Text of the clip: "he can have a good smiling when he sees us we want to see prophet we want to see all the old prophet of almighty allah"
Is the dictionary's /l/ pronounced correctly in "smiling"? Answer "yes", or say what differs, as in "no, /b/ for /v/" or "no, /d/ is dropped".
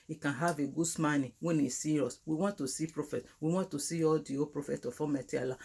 no, /n/ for /l/